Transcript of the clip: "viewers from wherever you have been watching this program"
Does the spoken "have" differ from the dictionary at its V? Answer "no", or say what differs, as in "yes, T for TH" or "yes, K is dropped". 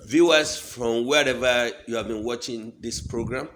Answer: no